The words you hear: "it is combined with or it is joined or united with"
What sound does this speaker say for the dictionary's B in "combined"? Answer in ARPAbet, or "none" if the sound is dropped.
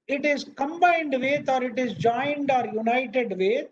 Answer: B